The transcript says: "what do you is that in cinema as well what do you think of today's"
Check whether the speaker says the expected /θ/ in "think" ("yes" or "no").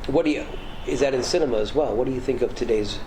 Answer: yes